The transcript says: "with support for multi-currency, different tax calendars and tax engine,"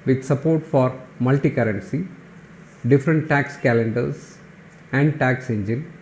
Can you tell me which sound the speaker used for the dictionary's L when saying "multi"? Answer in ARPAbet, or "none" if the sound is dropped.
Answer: L